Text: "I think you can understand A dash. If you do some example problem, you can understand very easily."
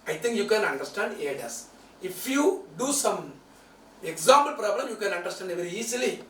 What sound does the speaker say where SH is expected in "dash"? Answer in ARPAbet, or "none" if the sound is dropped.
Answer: S